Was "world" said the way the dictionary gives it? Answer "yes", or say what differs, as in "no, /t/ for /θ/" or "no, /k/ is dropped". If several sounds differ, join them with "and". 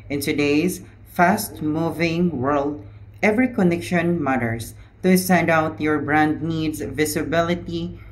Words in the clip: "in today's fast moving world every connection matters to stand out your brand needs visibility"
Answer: yes